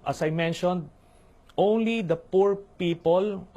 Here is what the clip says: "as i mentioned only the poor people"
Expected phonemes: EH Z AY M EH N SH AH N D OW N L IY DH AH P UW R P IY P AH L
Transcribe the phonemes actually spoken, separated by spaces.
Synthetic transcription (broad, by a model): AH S AY M EH N SH AH N D OW N L IY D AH P UW R P IY P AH L